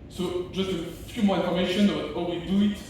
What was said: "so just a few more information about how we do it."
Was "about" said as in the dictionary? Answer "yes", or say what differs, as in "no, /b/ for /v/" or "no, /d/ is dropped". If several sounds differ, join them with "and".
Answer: no, /b/ is dropped